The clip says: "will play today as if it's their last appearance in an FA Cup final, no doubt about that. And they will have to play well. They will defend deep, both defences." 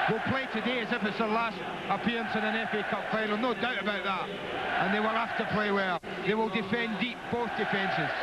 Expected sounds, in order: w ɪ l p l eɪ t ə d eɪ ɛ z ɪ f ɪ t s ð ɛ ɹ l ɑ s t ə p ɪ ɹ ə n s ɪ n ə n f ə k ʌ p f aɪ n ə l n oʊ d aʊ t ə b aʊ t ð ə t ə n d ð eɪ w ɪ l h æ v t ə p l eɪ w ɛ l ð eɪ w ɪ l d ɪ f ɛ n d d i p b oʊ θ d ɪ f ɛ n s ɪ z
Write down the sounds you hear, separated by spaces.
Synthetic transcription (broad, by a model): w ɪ l p l eɪ t ə d eɪ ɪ z ɪ f ɪ t s ð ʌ l ɑ s t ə p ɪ ɹ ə n s ɪ n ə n f ə k ʌ p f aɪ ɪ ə n oʊ d aʊ t ə b aʊ t ð ə t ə n ð eɪ w ɪ l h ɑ f t ə p l eɪ w ɛ l ð eɪ w ɪ l d ɪ f ɛ n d d i p b oʊ θ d ɪ f ɛ n s ɪ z